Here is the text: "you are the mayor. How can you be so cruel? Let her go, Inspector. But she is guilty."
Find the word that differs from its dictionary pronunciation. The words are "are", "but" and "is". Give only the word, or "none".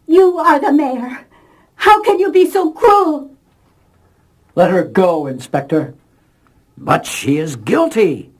none